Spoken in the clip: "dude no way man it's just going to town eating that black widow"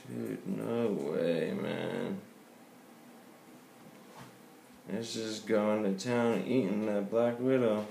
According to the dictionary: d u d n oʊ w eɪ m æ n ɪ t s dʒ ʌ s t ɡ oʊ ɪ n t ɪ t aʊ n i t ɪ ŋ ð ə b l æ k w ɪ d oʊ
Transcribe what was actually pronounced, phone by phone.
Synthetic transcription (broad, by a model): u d n oʊ w eɪ m æ n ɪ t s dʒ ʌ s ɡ oʊ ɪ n t ɪ t aʊ n i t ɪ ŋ ð ə b l æ k w ɪ d oʊ